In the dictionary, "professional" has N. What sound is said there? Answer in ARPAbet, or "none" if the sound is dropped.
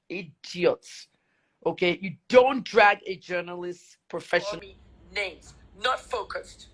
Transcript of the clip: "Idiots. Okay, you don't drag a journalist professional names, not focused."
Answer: none